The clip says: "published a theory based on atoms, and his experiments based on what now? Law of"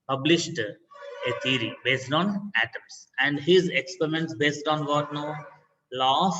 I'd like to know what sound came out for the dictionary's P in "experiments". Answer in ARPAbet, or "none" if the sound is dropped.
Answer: P